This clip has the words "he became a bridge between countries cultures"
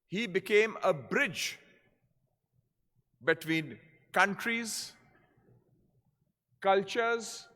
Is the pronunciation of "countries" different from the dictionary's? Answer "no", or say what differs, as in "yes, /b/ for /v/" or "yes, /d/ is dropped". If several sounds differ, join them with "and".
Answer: no